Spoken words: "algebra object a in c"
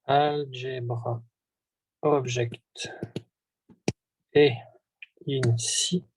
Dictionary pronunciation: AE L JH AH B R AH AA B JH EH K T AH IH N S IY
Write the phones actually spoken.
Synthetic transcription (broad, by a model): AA L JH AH B R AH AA B ZH EH K T AH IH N S IY